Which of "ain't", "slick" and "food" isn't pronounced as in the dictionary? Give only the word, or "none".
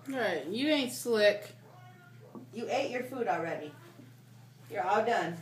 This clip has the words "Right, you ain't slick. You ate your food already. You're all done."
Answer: none